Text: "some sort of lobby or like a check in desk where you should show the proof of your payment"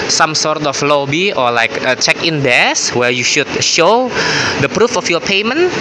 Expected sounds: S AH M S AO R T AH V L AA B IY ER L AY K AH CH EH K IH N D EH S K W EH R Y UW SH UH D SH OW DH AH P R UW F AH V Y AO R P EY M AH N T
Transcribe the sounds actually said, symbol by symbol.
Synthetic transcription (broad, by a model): S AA M S AO R T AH F L AA B IY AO L AY K AH CH EH K IH N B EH S W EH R Y UW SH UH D SH OW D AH P R UW F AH F Y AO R P EY M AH N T